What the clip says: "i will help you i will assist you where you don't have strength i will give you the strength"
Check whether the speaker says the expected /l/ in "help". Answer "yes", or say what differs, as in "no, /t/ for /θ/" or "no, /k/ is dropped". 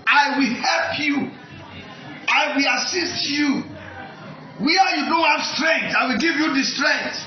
yes